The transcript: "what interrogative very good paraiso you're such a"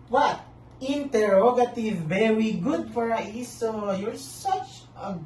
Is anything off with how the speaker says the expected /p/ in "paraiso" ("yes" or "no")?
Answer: yes